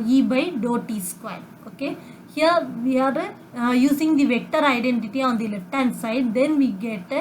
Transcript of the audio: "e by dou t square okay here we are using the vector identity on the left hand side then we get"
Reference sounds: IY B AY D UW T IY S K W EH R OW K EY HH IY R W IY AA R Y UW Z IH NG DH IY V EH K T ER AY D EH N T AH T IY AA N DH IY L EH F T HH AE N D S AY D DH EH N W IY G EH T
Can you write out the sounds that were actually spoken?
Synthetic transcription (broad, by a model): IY B AY D UW T IY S K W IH L OW K EY HH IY R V IY AA R Y UW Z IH NG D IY V EH K T ER AY D EH N T AH T IY AA N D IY L EH F T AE N S AY D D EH N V IY G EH T